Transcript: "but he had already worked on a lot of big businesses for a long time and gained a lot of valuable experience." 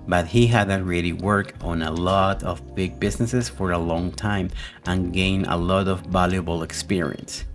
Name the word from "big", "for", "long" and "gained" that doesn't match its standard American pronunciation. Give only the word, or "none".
gained